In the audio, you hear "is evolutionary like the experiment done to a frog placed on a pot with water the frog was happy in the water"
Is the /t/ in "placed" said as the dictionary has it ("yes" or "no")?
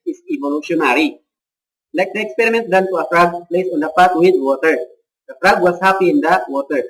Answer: no